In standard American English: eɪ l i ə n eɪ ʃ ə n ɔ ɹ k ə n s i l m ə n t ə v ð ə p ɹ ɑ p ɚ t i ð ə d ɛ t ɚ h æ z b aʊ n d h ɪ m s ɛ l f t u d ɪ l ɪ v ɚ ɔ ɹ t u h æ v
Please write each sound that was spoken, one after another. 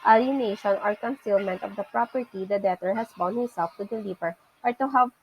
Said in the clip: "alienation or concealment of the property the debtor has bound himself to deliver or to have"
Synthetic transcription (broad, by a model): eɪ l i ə n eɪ ʃ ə n ɔ ɹ k ə n s i l m ə n t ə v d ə p ɹ ɑ p ɚ t i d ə d ɛ t ɚ h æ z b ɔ n h ɪ m s ɛ l f t u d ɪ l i p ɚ ɔ ɹ t u h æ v